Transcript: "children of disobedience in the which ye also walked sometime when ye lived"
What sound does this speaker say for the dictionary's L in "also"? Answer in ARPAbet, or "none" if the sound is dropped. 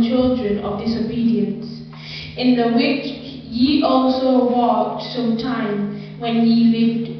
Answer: L